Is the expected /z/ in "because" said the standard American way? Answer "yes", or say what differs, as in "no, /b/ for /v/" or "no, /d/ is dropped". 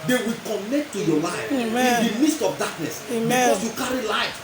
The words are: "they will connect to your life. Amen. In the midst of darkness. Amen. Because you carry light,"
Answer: no, /s/ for /z/